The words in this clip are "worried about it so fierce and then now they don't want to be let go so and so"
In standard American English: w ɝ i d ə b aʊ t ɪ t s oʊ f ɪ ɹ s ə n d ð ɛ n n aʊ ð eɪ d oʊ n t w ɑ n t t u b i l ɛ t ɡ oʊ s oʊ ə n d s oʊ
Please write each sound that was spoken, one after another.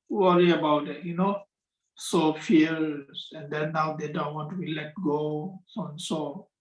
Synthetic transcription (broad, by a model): w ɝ i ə b aʊ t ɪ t s oʊ f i l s ə n d ɛ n n aʊ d eɪ d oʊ n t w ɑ n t t u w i l ɛ t ɡ oʊ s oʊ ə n s oʊ